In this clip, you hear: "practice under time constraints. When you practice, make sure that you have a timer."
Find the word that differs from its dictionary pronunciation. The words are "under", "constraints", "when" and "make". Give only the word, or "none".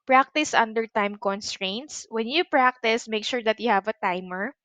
none